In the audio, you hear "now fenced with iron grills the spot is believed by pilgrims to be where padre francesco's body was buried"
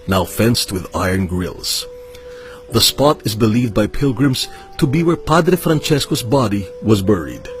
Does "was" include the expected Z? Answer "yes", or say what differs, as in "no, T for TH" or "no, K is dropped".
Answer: yes